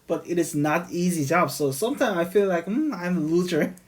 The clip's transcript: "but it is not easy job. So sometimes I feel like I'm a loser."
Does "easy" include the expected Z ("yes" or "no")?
yes